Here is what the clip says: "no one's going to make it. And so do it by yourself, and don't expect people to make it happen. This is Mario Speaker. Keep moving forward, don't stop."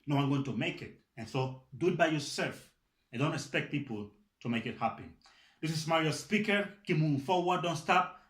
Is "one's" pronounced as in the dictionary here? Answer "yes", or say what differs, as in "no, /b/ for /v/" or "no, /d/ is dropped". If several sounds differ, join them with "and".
no, /z/ is dropped